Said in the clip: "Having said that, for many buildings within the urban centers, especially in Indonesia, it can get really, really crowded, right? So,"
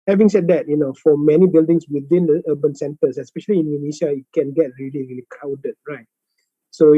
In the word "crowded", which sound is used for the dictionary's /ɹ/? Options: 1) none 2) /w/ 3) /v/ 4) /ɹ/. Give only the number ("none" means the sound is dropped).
1